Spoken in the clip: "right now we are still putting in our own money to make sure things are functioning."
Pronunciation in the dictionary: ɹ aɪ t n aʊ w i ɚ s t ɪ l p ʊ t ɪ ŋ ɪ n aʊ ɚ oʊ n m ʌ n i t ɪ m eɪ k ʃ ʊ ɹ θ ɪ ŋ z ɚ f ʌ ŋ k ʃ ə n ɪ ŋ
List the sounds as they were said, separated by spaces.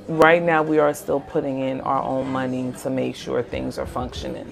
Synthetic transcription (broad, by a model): ɹ aɪ t n aʊ w i ɚ s t ɪ l p ʊ t ɪ ŋ ɪ n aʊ ɚ oʊ n m ʌ n i t ɪ m eɪ k ʃ ʊ ɹ θ ɪ ŋ z ɚ f ʌ ŋ k ʃ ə n ɪ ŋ